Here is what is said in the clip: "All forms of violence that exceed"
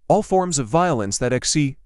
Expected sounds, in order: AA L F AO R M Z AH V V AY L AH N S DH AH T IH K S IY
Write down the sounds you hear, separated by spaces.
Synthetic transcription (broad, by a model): AA L F AO R M Z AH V V AY L AH N S DH AH T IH K S IY